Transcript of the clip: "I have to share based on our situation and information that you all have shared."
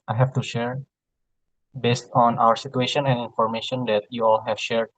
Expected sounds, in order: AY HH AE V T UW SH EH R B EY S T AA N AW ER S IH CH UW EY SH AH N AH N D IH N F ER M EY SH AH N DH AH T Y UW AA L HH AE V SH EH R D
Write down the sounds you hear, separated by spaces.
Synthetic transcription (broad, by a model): AY HH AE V T UW SH EH R B EY S T AA N AW ER S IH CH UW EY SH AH N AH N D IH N F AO M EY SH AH N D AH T Y UW AA L HH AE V SH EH R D